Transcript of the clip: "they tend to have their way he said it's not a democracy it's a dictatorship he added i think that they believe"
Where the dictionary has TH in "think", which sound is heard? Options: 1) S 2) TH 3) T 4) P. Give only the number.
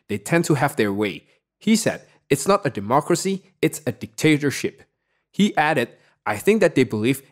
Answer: 2